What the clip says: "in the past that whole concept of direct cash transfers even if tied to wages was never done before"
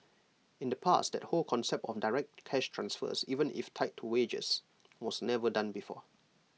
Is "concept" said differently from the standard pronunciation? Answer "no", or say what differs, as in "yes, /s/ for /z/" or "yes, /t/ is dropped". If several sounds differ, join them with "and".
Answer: no